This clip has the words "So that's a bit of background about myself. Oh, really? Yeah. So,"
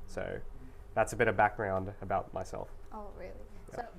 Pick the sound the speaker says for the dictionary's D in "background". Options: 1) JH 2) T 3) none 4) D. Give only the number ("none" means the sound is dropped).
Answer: 4